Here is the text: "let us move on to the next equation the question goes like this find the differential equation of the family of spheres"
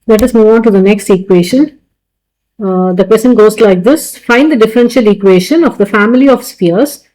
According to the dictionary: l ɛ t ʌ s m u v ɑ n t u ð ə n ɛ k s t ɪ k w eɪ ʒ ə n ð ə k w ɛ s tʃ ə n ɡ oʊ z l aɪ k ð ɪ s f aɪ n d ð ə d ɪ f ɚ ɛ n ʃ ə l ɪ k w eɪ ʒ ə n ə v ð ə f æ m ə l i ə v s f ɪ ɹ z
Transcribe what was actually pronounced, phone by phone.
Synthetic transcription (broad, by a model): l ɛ t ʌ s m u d ɑ n t u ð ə n ɛ k s t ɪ k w eɪ ʃ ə n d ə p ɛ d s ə n ɡ oʊ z l aɪ k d ɪ s f aɪ n d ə d ɪ f ɚ ɛ n ʃ ə l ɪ k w eɪ ʃ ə n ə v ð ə f æ m ə l i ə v s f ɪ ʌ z